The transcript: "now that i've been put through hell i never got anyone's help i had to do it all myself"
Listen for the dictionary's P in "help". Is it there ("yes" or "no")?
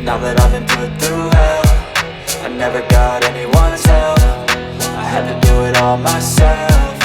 no